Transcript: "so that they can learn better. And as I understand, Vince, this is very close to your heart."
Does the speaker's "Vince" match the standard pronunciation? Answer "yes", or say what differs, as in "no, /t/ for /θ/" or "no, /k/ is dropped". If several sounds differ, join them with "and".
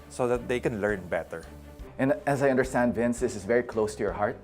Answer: yes